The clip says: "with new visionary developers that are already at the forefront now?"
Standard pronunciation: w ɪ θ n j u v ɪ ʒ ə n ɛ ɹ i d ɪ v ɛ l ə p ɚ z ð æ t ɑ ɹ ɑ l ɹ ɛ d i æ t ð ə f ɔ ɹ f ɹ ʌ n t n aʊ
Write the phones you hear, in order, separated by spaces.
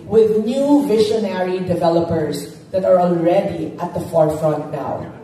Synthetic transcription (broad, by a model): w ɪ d n j u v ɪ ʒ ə n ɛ ɹ i d ɪ v ɛ l ə p ɚ z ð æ t ɑ ɹ ɑ l ɹ ɛ d i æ t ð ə f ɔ ɹ f ɹ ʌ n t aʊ